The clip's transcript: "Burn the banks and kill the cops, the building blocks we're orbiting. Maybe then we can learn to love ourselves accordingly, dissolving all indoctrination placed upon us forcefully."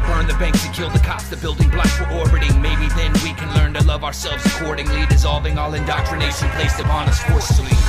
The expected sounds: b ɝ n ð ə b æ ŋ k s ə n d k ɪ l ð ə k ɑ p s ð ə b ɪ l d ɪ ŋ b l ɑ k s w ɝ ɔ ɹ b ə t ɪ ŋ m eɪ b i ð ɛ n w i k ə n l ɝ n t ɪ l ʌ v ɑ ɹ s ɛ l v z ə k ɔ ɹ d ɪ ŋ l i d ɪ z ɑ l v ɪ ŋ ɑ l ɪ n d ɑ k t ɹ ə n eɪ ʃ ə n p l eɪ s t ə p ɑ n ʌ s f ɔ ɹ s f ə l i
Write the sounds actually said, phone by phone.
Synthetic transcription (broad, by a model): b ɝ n ð ə b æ ŋ k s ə k ɪ l ð ə k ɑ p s ð ə b ɪ l d ɪ ŋ b l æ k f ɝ ɔ ɹ b ə t ɪ ŋ m eɪ b i ð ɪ n w i k ə n l ɝ n t ɪ l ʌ v ɑ ɹ s ɛ l v z ə k ɔ ɹ d ɪ ŋ l i d ɪ z ɑ l v ɪ ŋ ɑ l ɪ n d ɑ k t ɹ ə n eɪ ʃ ə n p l eɪ s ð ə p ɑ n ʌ s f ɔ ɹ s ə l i